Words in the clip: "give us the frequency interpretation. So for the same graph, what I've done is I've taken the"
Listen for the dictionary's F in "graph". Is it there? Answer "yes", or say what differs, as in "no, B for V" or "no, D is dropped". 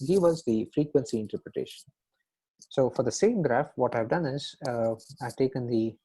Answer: yes